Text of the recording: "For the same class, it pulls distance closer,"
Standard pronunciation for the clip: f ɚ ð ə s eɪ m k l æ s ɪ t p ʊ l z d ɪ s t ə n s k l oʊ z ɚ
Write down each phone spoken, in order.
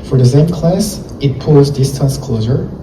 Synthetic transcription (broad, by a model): f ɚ ð ə s eɪ m k l æ s ɪ t p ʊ z d ɪ s t ə n s k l oʊ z ɚ